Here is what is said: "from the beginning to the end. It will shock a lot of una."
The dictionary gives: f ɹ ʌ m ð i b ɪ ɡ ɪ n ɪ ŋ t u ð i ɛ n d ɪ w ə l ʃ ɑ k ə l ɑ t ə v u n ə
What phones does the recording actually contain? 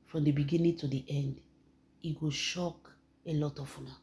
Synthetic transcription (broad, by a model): f ɹ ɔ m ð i b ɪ ɡ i n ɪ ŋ t u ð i ɛ n d ɪ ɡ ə ʃ ɑ k ə l ɑ t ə f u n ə